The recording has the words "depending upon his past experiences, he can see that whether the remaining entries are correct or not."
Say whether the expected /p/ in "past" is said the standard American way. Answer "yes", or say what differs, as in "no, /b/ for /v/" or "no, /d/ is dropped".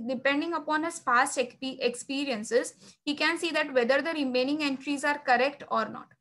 no, /f/ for /p/